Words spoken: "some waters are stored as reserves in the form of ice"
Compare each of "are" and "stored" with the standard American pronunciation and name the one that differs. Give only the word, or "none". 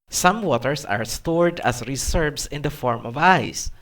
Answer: none